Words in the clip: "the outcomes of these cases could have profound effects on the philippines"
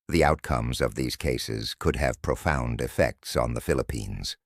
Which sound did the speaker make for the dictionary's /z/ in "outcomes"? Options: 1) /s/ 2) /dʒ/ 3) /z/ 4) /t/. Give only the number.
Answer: 3